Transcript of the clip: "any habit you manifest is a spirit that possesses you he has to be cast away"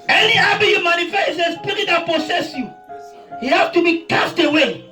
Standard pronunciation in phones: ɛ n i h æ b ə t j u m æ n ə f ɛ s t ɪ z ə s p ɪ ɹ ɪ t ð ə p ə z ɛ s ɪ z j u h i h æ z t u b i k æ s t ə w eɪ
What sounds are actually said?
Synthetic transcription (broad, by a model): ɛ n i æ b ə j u m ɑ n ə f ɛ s ɪ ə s p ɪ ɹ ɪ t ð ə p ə s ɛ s j u h i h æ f t u b i k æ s t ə w eɪ